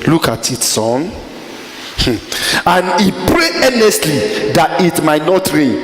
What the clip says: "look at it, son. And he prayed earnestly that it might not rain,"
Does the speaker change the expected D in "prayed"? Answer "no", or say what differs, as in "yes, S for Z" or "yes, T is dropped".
yes, D is dropped